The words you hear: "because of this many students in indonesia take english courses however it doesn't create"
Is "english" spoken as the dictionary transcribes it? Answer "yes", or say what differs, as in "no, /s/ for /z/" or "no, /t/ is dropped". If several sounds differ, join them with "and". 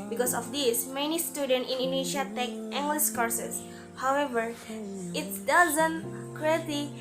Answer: no, /s/ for /ʃ/